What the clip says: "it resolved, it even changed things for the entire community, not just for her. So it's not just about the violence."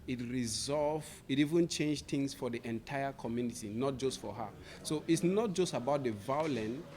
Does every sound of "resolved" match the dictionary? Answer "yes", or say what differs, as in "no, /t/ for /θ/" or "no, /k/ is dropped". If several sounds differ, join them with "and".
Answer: no, /d/ is dropped